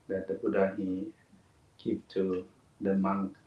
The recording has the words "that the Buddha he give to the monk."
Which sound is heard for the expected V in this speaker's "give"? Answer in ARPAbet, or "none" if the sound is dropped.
P